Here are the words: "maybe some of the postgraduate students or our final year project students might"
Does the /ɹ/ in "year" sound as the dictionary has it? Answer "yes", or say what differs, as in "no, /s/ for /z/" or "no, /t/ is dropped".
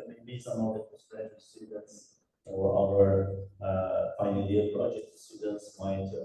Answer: no, /l/ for /ɹ/